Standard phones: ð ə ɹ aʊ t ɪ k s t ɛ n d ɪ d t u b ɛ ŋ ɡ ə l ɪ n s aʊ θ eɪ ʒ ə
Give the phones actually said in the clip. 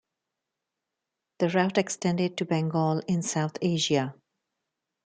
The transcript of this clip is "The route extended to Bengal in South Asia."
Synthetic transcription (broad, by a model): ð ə ɹ aʊ t ɪ k s t ɛ n d ɪ d t u b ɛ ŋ ɡ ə l ɪ n s aʊ t eɪ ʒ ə